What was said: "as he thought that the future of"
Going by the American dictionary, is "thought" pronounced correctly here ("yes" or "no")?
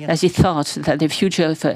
yes